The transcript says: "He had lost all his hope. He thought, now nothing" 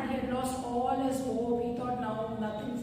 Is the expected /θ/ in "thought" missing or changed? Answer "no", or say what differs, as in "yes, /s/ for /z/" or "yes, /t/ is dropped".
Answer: yes, /t/ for /θ/